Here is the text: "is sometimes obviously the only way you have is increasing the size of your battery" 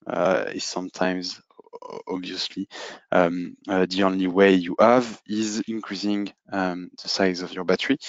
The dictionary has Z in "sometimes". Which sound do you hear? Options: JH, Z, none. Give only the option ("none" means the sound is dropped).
Z